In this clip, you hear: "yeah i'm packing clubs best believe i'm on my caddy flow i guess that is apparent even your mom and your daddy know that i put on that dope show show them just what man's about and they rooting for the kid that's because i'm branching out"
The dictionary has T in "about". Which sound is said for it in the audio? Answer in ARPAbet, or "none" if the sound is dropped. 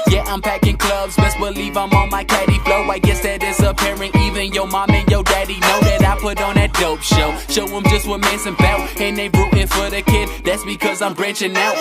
none